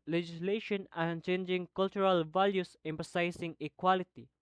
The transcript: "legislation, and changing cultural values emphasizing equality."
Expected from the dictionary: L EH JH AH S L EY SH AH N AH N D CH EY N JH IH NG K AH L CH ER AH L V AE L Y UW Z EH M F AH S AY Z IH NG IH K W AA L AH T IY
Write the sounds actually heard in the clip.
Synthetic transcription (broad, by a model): L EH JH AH S L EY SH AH N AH N CH EY N JH IH NG K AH L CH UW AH L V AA L Y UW S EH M P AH S AY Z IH NG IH K W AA L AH T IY